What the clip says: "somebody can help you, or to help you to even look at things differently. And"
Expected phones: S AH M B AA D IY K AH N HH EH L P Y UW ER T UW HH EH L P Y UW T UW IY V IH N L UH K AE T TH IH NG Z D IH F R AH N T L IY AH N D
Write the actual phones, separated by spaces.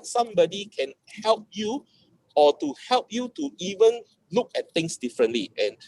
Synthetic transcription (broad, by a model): S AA M B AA D IY K AH N HH EH L P Y UW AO T UW HH EH L P Y UW T UW IY V IH N L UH K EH T T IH NG S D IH F R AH N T L IY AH N